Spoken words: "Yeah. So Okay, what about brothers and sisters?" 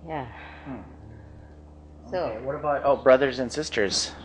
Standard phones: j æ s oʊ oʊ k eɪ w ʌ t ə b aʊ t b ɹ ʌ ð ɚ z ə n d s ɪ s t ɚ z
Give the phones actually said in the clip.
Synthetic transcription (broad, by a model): j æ s oʊ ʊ w ʌ t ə b aʊ t b ɹ ʌ ð ɚ z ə n s ɪ s t ɚ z